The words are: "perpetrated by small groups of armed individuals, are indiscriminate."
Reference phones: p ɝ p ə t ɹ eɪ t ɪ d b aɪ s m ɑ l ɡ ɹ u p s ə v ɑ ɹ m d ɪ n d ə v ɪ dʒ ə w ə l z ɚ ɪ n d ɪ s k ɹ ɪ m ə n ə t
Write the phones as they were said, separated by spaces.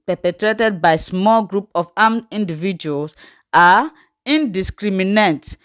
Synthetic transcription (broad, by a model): p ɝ p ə t ɹ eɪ t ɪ d b aɪ s m ɑ l ɡ ɹ u p ə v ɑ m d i n d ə v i dʒ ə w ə l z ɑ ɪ n d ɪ s k ɹ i m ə n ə t